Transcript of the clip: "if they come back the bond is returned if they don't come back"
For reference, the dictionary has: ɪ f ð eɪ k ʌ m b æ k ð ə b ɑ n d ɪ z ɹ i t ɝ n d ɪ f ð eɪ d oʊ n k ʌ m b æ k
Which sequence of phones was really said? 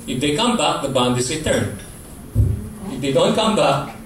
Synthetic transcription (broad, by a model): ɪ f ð eɪ k ʌ m b æ k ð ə b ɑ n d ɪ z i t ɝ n ɪ f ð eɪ d oʊ n k ʌ m b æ k